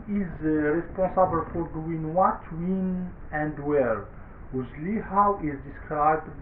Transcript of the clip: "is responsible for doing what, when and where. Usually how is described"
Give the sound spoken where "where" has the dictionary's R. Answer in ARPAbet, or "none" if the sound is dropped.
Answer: R